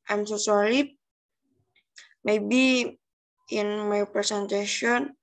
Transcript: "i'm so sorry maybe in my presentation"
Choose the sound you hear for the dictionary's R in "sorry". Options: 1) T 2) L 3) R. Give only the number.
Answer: 2